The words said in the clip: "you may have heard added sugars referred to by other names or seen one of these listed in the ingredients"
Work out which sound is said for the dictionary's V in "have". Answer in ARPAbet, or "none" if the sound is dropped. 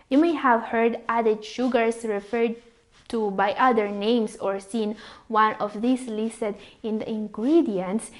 V